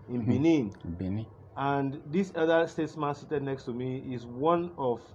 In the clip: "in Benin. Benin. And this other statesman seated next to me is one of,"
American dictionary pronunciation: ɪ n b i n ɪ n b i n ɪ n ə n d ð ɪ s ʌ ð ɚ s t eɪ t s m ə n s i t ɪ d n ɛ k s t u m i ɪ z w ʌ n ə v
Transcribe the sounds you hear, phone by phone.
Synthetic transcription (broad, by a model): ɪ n b i n ɪ n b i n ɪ ə n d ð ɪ s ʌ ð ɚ s t eɪ t s m ə n s i t ɪ d n ɛ k s t u m i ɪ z w ʌ n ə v